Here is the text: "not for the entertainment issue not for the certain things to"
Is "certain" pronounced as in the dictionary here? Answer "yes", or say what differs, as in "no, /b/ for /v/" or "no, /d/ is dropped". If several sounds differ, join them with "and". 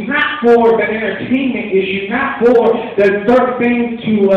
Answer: no, /θ/ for /s/